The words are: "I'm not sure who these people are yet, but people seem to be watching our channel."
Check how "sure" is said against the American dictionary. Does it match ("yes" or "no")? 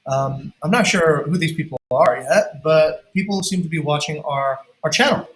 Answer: yes